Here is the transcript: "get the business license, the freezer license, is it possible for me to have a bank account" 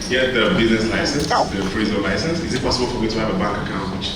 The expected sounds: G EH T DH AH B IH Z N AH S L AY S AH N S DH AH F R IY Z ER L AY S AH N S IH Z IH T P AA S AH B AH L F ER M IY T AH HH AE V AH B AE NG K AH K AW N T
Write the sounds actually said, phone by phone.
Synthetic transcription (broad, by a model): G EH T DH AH B IH Z N AH S L AY S AH N S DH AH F R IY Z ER L AY S AH N S IH Z IH T P AA S AH B AH L F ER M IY T AH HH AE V AH B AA NG K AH K AW N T